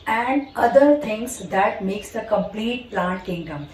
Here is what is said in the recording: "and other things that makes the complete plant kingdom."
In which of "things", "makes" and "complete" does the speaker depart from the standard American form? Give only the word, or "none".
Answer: things